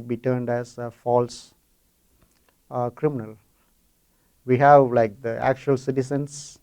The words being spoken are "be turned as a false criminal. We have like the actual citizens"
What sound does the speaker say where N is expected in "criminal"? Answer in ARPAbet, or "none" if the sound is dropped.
N